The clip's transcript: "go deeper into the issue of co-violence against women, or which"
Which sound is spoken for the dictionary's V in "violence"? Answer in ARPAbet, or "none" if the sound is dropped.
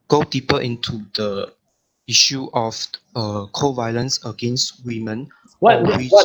V